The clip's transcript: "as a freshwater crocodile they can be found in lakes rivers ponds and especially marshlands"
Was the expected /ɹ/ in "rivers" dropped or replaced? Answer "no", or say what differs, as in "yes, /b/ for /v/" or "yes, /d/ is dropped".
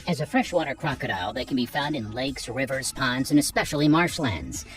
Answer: no